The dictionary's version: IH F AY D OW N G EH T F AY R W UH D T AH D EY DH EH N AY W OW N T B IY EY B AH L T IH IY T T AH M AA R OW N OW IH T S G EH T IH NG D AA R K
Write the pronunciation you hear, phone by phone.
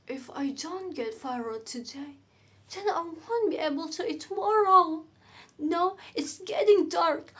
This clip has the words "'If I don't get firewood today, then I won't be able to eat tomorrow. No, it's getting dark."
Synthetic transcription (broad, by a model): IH F AY D OW N G EH T F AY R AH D T AH D EY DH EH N AY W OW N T B IY EY B AH L T IH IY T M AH AA R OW N OW IH T S G EH T IH NG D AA R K